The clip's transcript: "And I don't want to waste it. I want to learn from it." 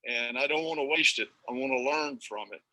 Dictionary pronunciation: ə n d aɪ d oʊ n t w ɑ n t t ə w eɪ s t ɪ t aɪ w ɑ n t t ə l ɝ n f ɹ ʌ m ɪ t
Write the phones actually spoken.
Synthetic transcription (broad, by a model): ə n aɪ d oʊ n t w ɑ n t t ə w eɪ s t ɪ t aɪ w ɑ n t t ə l ɝ n f ɹ ʌ m ɪ t